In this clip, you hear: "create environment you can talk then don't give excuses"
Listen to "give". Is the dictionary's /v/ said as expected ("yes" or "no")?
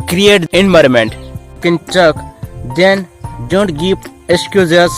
no